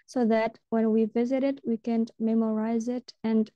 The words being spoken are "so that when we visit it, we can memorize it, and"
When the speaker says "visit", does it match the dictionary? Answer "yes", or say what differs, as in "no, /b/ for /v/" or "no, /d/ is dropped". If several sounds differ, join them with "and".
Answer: yes